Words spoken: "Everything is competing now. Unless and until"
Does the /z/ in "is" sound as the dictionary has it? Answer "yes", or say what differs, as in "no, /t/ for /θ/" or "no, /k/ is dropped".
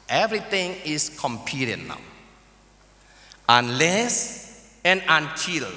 no, /s/ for /z/